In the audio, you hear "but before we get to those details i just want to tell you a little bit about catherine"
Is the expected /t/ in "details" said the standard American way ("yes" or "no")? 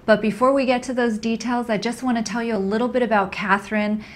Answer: yes